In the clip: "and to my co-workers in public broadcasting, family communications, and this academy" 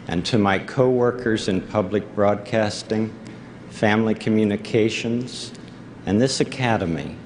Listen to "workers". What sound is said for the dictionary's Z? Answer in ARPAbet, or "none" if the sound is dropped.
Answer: Z